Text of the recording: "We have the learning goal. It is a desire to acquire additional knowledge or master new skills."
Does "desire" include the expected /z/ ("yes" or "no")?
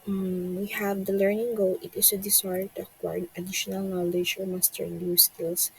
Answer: no